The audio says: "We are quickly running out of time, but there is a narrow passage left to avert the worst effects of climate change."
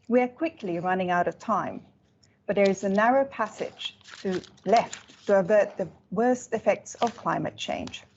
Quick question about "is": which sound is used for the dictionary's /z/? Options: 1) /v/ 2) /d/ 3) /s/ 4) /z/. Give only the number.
4